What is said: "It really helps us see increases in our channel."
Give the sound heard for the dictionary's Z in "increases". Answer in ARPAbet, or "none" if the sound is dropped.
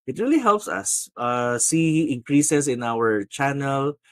S